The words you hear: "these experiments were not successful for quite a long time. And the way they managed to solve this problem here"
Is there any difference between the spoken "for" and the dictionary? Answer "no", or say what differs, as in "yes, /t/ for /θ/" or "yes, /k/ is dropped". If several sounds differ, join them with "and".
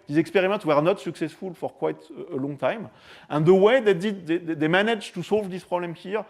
no